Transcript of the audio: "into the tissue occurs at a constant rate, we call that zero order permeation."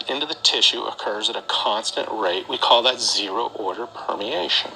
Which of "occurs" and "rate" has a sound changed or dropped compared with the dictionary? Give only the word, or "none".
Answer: none